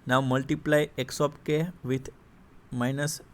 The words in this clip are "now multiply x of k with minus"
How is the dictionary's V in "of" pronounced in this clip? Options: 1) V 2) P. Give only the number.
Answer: 2